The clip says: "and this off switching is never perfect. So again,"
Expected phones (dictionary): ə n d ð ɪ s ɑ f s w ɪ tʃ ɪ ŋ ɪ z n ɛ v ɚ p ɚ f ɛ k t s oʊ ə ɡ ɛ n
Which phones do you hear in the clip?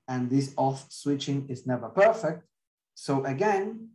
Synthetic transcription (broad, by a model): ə n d ð ɪ s ɑ f s w ɪ tʃ ɪ ŋ ɪ z n ɛ v ɚ p ɚ f ɛ k t s oʊ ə ɡ ɛ n